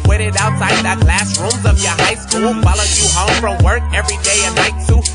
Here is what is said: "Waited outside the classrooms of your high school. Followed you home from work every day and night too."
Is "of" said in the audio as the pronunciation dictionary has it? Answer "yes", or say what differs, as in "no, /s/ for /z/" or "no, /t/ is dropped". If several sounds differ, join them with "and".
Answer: yes